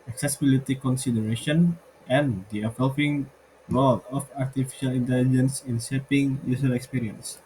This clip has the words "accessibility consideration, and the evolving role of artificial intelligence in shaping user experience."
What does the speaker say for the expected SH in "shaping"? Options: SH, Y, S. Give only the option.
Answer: S